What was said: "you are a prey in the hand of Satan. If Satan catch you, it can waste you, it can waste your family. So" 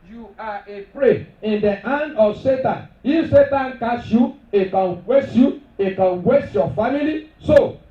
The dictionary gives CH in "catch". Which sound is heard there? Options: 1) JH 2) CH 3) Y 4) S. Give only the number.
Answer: 4